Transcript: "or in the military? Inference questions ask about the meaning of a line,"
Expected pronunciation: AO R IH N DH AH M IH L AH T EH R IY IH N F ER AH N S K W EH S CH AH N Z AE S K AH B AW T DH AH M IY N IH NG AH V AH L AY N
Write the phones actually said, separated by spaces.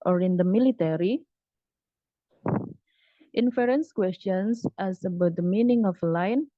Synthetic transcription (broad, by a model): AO R IH N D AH M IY L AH T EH R IY IH N F ER AH N S K W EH S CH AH N S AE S AH B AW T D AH M IY N IH NG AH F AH L AY N